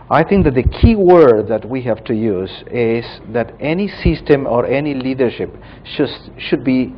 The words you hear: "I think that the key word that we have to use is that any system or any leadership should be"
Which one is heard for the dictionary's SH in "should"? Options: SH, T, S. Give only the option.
SH